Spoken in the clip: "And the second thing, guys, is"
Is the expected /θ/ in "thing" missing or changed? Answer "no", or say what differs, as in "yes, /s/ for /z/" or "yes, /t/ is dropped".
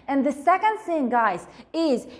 yes, /s/ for /θ/